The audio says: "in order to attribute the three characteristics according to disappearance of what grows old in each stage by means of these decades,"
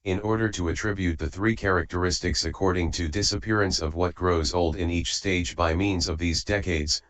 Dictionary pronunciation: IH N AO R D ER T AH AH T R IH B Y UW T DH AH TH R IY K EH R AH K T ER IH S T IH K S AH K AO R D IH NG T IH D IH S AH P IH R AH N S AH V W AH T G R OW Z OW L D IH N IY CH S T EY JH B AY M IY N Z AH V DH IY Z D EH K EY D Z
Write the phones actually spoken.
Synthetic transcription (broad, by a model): IH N AO R D ER T AH AH T R IH B Y UW T DH AH TH R IY K EH R AH K T ER IH S T IH K S AH K AO R D IH NG T IH D IH S AH P IH R AH N S AH V W AH T G R OW Z OW L D IH N IY CH S T EY JH B AY M IY N Z AH V DH IY Z D EH K EY D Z